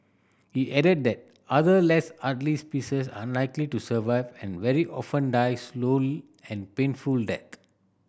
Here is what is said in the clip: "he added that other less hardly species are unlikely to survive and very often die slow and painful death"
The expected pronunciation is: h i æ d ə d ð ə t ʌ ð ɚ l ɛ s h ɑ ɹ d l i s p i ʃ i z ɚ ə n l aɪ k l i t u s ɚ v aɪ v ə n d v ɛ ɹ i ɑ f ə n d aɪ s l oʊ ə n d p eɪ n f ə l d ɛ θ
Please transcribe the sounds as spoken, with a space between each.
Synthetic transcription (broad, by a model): h i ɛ d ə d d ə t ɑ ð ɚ l ɛ s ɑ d l i s p i s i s ə n l aɪ k l i t u s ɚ v aɪ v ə n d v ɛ ɹ i ɑ f ə n d aɪ s l oʊ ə n p eɪ n f ə l d ɛ t